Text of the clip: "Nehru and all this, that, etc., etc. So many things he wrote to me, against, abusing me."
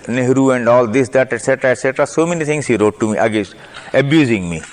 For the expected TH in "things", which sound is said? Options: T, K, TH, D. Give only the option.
T